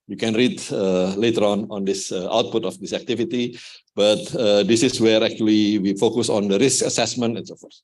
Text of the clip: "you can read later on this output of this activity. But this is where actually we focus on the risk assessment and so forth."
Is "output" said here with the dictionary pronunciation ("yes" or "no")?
yes